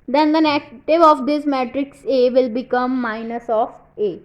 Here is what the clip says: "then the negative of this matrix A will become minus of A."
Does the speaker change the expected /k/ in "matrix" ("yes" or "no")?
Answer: no